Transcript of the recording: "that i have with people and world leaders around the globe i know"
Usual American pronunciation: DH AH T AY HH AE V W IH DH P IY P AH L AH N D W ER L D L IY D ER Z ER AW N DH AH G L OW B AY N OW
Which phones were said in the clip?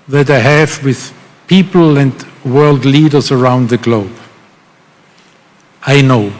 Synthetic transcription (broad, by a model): DH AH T AY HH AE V W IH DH P IY P L AH N D W ER L D L IY D ER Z ER AW N DH AH G L OW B AY N OW